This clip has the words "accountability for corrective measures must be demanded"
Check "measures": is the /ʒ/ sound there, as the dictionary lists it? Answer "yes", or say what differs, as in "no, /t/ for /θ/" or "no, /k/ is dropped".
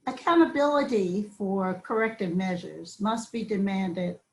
yes